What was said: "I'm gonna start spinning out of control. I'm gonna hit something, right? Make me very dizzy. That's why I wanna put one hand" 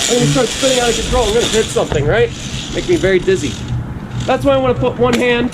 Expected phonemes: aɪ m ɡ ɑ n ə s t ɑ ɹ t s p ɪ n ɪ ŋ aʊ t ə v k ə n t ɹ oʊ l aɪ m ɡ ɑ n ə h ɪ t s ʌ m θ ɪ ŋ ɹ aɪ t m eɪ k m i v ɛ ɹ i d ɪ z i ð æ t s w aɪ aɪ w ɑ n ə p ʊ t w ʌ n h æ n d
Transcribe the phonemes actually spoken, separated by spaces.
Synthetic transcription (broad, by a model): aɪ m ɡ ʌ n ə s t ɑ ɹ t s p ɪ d ɪ ŋ aʊ t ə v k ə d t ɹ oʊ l aɪ m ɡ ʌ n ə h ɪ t s ʌ m θ ɪ ŋ ɹ aɪ t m eɪ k m i v ɛ ɹ i d ɪ z i ð æ t s w aɪ aɪ w ɑ n ə p ʊ t w ʌ n h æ n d